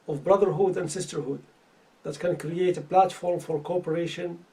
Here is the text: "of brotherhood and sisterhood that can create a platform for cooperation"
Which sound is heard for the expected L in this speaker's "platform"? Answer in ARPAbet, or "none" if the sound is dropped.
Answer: L